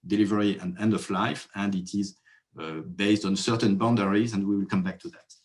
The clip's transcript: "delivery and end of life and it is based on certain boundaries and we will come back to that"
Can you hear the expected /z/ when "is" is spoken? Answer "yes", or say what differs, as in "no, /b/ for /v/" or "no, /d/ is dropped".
yes